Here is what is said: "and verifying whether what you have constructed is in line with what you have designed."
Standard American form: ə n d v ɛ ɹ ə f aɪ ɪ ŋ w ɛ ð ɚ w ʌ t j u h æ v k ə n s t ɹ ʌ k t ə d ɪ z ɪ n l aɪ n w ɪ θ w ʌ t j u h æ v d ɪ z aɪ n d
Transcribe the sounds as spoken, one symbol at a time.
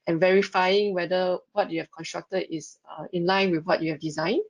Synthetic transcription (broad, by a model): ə n v ɛ ɹ ə f aɪ ɪ ŋ w ɛ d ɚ w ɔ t j u h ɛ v k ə n s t ɹ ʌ k t ə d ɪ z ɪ n l aɪ n w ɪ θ w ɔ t j u h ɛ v d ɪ z aɪ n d